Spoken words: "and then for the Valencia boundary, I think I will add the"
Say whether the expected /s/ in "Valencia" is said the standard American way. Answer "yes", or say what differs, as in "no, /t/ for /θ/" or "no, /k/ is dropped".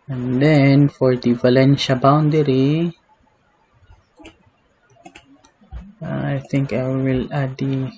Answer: no, /ʃ/ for /s/